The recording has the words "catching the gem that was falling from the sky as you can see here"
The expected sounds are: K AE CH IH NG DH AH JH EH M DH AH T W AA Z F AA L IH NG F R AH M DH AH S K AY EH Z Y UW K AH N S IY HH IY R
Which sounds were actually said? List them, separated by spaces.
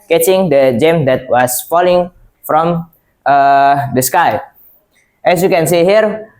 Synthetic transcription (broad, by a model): K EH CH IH NG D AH JH EH M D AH T W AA S F AA L IH NG F R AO M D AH S K AY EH S Y UW K AH N S IY HH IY R